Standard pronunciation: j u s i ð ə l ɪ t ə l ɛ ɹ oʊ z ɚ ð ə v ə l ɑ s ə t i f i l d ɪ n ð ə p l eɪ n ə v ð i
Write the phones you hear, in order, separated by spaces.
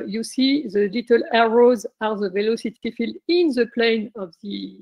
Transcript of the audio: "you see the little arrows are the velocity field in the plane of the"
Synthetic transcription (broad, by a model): j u s i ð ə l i t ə l ɛ ɹ oʊ z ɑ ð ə v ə l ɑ s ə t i f i l d ɪ n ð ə p l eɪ n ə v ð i